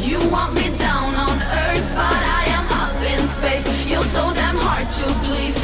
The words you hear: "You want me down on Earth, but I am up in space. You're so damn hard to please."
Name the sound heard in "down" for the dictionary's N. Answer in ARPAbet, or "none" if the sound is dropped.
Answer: N